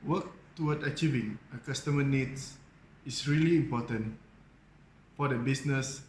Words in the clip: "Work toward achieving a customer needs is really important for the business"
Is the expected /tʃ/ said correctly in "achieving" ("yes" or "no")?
yes